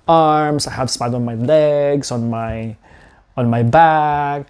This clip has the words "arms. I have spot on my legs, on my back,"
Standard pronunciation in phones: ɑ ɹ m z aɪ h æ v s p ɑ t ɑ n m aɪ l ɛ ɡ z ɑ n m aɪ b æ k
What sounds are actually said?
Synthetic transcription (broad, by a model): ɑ ɹ m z aɪ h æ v s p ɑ ɪ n m aɪ l ɛ ɡ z ɑ n m aɪ b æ k